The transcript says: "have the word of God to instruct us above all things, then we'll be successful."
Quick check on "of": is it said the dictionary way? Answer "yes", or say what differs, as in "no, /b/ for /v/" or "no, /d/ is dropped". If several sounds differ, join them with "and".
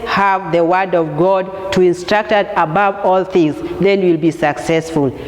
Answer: yes